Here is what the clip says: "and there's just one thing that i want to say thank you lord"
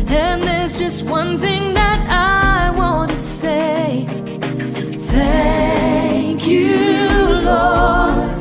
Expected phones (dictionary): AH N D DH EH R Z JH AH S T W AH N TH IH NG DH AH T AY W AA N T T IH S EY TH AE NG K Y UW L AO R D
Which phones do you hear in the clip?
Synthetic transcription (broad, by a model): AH N DH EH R Z JH AH S T W AH N TH IH NG DH AH T AY W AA N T T IH S EY TH AE NG K Y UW L AO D